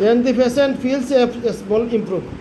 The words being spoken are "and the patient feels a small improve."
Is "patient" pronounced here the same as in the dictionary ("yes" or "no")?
no